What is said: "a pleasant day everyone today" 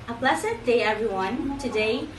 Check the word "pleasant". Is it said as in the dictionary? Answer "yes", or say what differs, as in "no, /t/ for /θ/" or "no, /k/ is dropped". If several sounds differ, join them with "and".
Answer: no, /s/ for /z/ and /n/ is dropped